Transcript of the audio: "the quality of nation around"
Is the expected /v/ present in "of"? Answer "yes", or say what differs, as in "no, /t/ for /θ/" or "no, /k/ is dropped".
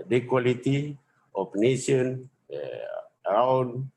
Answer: no, /p/ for /v/